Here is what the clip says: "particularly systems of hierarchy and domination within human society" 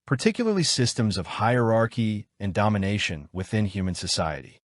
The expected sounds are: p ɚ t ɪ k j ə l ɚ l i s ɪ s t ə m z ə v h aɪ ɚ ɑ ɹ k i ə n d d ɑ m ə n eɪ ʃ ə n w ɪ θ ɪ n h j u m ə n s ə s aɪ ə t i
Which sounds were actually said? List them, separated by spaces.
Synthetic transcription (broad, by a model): p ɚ t ɪ k j l ɚ l i s ɪ s t ə m z ə v h aɪ ɚ ɑ ɹ k i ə n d d ɑ m ə n eɪ ʃ ə n w ɪ θ ɪ n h j u m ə n s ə s aɪ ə t i